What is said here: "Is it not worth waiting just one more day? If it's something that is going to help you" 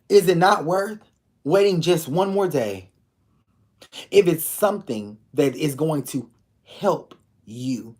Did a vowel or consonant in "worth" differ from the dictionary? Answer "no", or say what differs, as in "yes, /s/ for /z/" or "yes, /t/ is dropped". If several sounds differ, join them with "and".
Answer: no